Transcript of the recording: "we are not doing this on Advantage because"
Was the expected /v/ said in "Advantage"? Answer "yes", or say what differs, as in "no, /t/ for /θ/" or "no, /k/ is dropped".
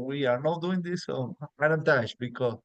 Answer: no, /v/ is dropped